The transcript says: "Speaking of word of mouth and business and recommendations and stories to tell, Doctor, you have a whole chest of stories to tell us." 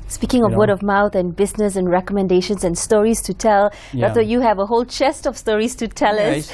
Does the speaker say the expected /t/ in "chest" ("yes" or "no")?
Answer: yes